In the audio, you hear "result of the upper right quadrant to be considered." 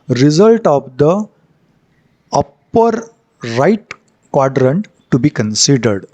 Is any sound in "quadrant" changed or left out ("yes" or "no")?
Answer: no